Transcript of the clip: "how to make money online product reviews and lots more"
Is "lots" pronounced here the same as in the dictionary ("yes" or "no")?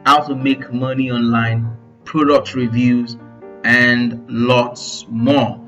yes